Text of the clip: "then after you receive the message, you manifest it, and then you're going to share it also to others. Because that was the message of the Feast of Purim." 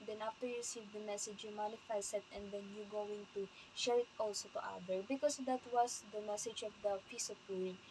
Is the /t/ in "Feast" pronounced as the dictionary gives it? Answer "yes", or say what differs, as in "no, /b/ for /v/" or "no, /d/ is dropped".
no, /t/ is dropped